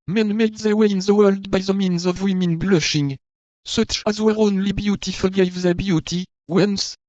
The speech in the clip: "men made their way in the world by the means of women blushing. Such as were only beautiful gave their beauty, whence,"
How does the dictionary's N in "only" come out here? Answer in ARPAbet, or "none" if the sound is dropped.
N